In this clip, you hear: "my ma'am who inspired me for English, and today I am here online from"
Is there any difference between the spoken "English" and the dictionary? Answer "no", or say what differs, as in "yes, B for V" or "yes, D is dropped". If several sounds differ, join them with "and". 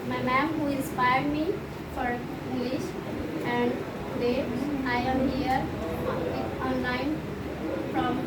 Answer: no